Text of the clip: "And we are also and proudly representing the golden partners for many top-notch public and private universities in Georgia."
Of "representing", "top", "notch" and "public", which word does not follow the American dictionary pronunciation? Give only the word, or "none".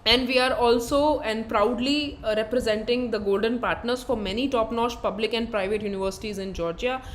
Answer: notch